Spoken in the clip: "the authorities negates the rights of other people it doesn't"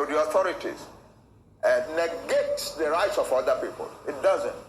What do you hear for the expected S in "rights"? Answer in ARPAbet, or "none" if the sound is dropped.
S